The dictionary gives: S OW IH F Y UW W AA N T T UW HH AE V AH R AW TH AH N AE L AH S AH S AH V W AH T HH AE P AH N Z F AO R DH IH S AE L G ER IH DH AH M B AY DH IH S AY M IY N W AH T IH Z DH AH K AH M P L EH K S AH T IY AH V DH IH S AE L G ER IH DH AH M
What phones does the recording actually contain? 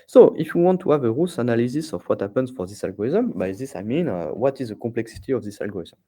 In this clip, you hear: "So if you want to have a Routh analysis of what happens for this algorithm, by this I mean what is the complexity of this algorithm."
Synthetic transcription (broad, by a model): S OW IH F Y UW W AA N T T UW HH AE V AH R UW S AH N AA L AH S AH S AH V W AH T HH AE P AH N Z F AO R DH IH S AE L G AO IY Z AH M B AY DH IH S AY M IY N W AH T IH Z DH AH K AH P L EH K S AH T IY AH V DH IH S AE L G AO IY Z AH M